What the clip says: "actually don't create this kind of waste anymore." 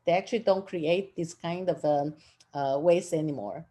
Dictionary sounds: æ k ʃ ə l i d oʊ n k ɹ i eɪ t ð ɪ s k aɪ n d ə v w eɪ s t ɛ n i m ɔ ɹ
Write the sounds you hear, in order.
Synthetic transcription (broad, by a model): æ k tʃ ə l i d oʊ n k ɹ i eɪ t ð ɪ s k aɪ n d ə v w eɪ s ɛ n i m ɔ ɹ